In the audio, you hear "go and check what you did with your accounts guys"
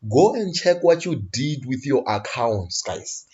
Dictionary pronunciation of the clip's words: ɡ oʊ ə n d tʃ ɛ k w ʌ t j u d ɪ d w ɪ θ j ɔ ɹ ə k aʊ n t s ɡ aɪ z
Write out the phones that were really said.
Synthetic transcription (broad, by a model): ɡ oʊ ə n d tʃ ɛ k w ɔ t j u d ɪ d w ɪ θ j ɔ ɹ ə k aʊ n t s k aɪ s